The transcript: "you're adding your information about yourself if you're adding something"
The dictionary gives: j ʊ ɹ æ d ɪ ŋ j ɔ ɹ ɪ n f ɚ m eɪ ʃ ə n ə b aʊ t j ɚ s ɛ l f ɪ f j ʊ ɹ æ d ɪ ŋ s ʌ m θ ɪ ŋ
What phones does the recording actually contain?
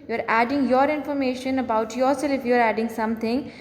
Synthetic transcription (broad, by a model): j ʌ ɹ æ d ɪ ŋ j ɔ ɹ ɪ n f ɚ m eɪ ʃ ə n ə b aʊ t j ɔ s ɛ l ɪ f j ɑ ɹ æ d ɪ ŋ s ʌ m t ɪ ŋ